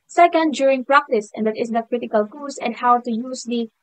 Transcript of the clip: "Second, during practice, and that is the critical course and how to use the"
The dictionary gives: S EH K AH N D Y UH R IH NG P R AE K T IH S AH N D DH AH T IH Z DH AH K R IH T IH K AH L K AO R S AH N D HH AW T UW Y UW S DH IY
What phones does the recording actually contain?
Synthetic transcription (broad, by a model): S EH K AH N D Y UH R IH NG P R AE K T IH S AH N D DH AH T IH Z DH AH K R IH T IH K AH L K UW L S AH N D HH AW T UW Y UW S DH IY